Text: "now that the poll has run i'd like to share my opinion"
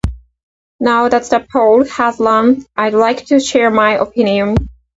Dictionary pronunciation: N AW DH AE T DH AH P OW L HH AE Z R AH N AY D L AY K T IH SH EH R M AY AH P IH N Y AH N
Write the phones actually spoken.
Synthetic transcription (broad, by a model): N AW DH AE T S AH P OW L HH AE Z L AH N AY D L AY K T IH SH EH R M AY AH P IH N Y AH N